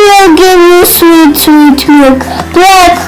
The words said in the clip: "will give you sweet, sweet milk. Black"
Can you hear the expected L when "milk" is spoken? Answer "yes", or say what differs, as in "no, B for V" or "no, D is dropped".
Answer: no, L is dropped